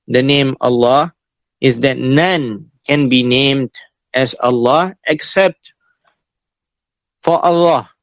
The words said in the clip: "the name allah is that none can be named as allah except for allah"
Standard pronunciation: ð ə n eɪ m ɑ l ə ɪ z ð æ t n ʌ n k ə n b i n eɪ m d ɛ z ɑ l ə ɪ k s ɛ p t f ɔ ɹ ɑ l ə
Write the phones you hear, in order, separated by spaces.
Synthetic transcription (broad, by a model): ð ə n eɪ m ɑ l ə ɪ z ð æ t n ʌ n k ə n b i n eɪ m d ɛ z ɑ l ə ɪ k s ɛ p t f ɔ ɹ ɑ l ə